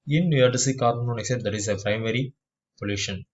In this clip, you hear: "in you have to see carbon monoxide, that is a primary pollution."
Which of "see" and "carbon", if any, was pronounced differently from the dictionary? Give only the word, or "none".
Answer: carbon